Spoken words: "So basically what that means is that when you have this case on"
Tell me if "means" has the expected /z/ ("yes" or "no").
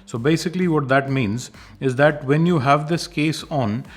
yes